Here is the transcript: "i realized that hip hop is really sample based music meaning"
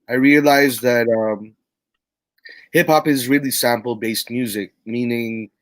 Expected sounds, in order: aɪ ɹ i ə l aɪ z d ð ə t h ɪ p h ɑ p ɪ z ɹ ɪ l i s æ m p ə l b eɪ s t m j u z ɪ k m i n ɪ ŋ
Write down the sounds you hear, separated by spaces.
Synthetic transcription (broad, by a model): aɪ ɹ i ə l aɪ z ð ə t h ɪ p h ɑ p ɪ z ɹ ɪ l i s æ m p l b eɪ s t m j u z ɪ k m i n ɪ ŋ